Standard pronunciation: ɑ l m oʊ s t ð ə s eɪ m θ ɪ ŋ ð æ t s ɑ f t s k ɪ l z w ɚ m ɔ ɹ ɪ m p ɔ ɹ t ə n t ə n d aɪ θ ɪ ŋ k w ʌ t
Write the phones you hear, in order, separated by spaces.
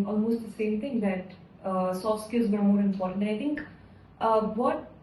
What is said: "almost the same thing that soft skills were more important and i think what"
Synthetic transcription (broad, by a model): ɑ l m oʊ s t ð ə s eɪ m t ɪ ŋ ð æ t s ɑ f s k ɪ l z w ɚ m ɔ ɹ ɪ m p ɔ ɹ t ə n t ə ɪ t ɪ ŋ k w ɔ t